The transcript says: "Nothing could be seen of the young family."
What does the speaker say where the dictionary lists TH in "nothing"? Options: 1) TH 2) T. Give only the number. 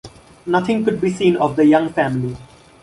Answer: 2